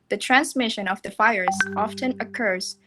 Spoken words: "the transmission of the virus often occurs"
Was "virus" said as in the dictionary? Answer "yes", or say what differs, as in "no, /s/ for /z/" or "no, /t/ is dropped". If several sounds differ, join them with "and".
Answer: no, /f/ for /v/